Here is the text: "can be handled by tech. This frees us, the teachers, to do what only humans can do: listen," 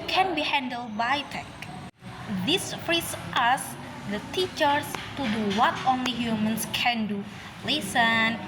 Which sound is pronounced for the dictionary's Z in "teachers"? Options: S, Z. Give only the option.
S